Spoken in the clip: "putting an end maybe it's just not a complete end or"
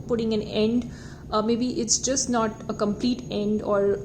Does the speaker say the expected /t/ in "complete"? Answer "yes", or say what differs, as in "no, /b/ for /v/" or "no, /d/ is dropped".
yes